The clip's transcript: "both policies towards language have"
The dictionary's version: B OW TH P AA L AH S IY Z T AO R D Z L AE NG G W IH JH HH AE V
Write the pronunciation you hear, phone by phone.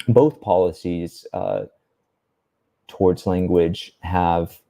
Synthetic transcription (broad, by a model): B OW TH P AA L AH S IY Z T AO R D Z L AE NG G W IH JH HH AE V